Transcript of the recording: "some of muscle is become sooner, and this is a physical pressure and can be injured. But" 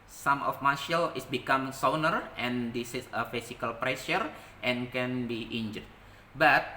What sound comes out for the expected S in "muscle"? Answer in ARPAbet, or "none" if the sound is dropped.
SH